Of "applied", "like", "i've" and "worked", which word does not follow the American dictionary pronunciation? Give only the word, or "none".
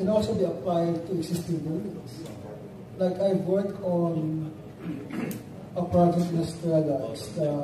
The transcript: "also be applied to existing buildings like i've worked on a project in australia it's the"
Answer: worked